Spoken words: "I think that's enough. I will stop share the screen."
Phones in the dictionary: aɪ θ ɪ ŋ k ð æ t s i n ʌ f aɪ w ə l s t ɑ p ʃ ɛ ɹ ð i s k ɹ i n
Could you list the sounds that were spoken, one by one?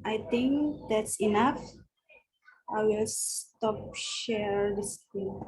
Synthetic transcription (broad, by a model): aɪ t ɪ ŋ k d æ t s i n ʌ f aɪ w ə l s t ɑ p ʃ ɛ ɹ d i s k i